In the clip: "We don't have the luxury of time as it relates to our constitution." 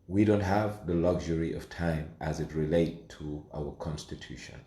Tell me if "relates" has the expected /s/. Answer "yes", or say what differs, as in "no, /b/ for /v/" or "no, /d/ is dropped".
no, /s/ is dropped